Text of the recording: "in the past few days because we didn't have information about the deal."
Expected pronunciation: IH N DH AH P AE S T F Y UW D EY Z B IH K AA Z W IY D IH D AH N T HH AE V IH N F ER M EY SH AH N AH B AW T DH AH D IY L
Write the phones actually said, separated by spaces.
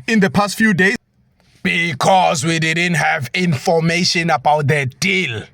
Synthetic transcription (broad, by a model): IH N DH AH P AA S T F Y UW D EY B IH K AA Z W IY D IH D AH N T HH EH V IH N F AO M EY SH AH N AH B AW T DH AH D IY L